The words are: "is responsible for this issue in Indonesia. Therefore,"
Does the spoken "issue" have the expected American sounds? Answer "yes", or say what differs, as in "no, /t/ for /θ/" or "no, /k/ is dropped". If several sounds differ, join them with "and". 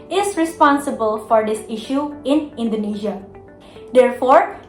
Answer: yes